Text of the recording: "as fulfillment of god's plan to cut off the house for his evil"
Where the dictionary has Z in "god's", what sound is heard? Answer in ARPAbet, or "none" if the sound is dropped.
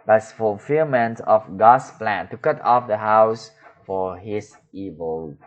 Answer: S